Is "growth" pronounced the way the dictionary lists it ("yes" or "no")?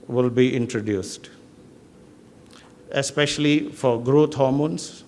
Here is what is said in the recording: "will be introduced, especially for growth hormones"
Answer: no